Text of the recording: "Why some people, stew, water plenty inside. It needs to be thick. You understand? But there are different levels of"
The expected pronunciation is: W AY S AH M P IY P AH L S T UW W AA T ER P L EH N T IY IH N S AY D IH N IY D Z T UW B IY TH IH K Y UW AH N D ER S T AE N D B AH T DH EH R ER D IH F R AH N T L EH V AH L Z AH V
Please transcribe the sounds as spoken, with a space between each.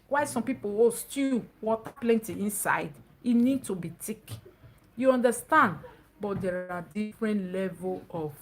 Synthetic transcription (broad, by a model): W AY S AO M P IY P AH W S T UW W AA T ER P L EH N T IY IH N S AY D IH N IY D T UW B IY T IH K Y UW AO N D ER S T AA N D B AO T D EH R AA D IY F R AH N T L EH V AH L AH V